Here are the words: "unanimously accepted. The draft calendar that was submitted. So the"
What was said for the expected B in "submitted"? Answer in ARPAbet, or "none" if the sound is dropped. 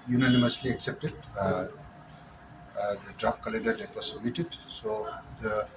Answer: none